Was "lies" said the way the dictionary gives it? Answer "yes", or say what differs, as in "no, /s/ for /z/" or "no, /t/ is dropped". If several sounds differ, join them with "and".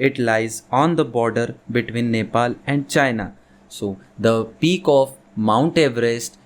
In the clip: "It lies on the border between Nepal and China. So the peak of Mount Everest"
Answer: yes